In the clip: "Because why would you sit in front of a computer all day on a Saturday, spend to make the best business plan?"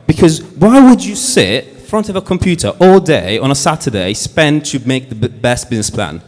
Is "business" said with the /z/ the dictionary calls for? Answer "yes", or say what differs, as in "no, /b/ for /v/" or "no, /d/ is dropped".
yes